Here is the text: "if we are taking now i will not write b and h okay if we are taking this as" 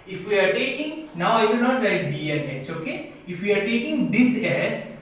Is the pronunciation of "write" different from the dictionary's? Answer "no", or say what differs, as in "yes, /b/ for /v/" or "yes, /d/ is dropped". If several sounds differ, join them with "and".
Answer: yes, /l/ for /ɹ/